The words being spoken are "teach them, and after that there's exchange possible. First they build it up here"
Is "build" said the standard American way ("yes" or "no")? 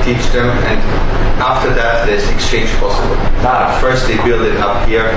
yes